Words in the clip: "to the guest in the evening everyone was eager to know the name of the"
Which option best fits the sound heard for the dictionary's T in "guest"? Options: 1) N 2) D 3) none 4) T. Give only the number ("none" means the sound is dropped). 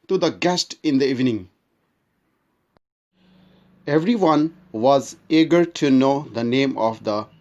4